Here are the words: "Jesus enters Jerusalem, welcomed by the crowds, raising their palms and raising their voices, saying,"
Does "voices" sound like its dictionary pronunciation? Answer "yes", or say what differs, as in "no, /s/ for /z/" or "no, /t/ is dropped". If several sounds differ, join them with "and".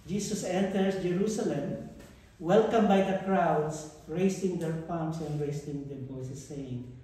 no, /b/ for /v/